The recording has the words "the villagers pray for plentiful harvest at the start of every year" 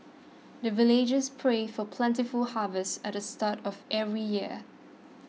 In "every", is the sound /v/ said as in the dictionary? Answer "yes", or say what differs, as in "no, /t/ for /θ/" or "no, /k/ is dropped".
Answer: yes